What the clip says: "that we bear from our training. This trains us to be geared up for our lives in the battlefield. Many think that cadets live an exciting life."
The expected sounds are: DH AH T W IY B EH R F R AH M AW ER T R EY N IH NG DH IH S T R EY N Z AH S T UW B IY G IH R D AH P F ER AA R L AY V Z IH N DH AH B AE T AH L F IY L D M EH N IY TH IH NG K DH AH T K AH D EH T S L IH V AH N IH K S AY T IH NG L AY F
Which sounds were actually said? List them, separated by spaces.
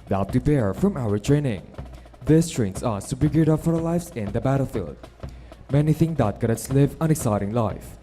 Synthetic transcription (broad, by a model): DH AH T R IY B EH R F R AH M AW ER T R EY N IH NG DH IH S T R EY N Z AH S T UW B IY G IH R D AH P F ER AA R L AY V S IH N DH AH B AE T AH L F IY L D M EH N IY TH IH NG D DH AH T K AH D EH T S L IH V AH N IH K S AY T IH NG L AY F